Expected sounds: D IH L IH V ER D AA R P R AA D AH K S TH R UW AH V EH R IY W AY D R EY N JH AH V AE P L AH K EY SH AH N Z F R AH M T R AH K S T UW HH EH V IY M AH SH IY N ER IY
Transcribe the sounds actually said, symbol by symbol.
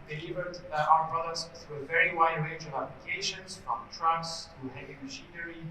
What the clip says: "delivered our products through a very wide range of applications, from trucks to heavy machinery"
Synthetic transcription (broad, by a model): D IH L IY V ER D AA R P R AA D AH S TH R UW AH V EH R IY W AY D R EY N JH AH V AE P L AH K EY SH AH N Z F R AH M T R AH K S T UW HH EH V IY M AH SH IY N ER IY